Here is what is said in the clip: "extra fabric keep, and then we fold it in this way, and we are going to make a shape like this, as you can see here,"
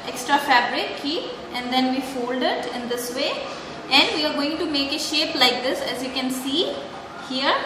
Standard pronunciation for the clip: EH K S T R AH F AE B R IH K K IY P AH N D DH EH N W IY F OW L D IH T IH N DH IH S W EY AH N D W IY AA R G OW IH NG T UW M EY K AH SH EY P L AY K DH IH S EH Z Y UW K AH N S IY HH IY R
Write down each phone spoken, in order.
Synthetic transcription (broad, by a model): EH K S T R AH F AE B R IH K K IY AH N D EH N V IY F OW L D IH T IH N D IH S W EY AH N D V IY AA R G OW IH NG T UW M EY K AH SH EY P L AY K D IH S EH Z Y UW K AH N S IY HH IY R